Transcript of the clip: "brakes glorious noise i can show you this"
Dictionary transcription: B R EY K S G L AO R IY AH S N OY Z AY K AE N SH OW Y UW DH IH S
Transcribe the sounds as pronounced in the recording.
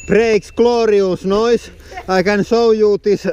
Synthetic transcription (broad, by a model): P R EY K S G L AO R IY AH S N OY S AY K AE N S OW Y UW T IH S